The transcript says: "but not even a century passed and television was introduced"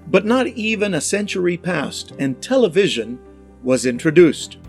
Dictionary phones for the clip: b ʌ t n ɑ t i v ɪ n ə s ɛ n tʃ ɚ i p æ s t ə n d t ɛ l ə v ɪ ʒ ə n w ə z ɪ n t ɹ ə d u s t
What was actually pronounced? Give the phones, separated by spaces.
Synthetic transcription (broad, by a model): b ʌ t n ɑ t i v ɪ n ə s ɛ n tʃ ɚ i p æ s t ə n t ɛ l ə v ɪ ʒ ə n w ə z ɪ n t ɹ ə d u s t